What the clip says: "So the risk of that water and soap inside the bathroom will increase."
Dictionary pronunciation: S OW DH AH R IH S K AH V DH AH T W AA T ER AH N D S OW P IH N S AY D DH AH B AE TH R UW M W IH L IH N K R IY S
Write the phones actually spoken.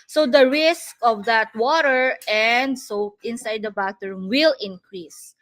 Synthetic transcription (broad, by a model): S OW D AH R IH S K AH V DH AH T W AA T ER AH N D S OW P IH N S AY D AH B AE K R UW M W IH L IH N K R IY S